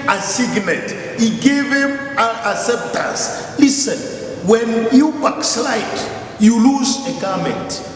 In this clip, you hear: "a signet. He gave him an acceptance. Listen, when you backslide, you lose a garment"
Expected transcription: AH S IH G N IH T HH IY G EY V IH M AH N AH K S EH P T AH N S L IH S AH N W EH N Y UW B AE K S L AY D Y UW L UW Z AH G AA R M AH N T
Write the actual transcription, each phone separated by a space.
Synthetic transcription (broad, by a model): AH S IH G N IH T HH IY G EY V IH M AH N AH S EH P T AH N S L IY S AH N W EH N Y UW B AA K S L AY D Y UW L UW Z AH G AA M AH N T